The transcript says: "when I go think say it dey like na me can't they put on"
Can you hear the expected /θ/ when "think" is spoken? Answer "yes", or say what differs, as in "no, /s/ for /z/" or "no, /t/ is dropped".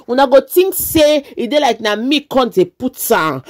no, /t/ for /θ/